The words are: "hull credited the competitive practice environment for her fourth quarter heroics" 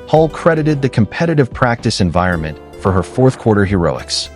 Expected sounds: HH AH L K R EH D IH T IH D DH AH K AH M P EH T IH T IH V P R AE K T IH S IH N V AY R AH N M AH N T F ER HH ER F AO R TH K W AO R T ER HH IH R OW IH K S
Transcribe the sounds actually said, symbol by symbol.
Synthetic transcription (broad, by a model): HH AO L K R EH D IH T IH D DH AH K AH M P EH T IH T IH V P R AE K T IH S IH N V AY R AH N M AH N T F ER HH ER F AO R TH K W AO R T ER HH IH R OW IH K S